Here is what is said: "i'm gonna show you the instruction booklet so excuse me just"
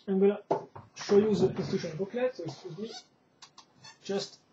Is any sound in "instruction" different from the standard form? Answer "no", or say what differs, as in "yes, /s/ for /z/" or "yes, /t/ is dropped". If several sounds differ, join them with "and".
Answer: yes, /ɹ/ is dropped and /k/ is dropped